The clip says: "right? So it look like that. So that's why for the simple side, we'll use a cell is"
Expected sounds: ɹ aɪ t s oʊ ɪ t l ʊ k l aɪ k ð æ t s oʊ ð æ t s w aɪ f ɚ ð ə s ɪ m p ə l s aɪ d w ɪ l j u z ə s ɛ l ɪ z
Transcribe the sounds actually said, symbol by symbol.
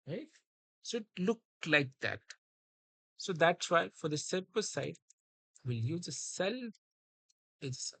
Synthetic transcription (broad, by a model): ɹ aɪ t s oʊ ɪ t l ʊ k l aɪ k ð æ t s oʊ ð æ t s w aɪ f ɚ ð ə s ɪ p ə s aɪ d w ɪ l j u z ə s ɛ l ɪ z